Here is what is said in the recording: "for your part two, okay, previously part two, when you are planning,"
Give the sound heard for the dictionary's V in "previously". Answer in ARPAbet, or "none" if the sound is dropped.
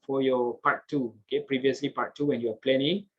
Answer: V